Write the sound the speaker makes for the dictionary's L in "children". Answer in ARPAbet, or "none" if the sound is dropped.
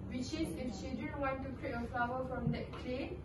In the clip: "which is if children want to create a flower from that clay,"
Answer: none